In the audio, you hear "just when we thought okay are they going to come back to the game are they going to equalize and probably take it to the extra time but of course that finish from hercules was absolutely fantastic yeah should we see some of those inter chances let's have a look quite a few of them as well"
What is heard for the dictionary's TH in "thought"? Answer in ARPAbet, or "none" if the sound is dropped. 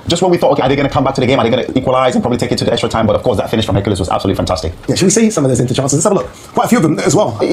TH